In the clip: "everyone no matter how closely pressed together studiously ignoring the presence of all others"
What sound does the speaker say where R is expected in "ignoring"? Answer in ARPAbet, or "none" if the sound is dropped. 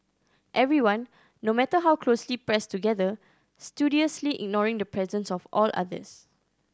R